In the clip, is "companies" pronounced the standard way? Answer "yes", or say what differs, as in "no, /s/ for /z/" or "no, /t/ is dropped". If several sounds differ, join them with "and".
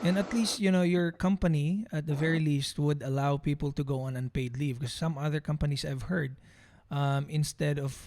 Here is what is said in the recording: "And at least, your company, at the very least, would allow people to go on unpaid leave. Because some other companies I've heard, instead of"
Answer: no, /s/ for /z/